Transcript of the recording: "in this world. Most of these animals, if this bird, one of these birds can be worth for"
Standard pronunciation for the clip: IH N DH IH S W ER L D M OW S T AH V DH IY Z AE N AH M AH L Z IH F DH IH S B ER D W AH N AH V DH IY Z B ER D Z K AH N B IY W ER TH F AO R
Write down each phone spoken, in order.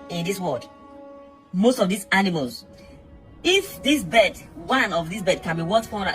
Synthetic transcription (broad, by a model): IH N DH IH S W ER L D M OW S T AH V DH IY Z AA N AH M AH L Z IH F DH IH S B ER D W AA N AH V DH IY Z B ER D K AH N B IY W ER T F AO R